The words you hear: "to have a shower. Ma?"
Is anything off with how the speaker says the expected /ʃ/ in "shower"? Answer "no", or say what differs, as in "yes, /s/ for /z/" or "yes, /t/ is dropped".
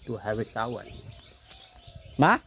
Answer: yes, /s/ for /ʃ/